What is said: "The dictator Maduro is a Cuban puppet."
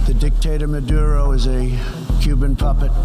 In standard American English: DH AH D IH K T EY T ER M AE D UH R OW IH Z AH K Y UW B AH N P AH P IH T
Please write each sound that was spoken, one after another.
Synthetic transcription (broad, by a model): DH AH D IH K T EY T ER M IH D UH R OW IH Z AH K Y UW B AH N P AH P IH T